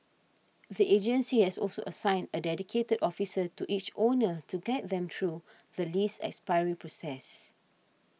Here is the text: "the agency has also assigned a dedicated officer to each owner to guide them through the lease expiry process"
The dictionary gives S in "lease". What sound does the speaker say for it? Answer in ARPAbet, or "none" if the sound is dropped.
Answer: S